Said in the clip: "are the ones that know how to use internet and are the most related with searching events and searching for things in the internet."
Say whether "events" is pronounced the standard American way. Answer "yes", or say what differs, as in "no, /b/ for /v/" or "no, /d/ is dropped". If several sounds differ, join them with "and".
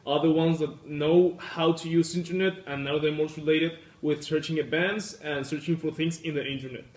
no, /b/ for /v/